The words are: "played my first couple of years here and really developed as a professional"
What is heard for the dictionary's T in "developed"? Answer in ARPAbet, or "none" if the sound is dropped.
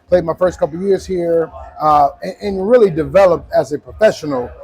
T